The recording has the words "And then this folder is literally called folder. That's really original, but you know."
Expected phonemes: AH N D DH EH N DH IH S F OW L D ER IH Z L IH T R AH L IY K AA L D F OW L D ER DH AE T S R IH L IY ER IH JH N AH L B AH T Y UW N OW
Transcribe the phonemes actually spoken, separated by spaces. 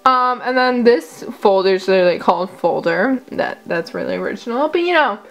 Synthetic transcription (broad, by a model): AH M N DH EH N DH IH S F OW L D ER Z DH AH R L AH IY K AA L D F OW L D ER DH AE T S R IH L IY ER IH JH N L B AH T Y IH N OW